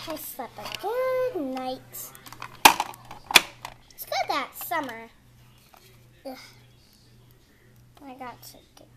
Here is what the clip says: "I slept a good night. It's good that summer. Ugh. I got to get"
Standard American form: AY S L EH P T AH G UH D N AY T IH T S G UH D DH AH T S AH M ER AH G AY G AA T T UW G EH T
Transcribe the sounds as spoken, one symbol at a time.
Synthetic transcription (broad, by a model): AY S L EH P AH G UH D N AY IH T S G UH D DH AH T S AH M ER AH AY G AA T T UW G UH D